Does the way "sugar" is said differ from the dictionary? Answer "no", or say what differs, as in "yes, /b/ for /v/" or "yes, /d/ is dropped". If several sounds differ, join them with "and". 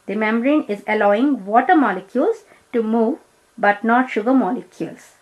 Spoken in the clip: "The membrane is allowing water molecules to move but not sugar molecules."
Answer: no